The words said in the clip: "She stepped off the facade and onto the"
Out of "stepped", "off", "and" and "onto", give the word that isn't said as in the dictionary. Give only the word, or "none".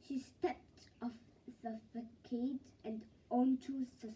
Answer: none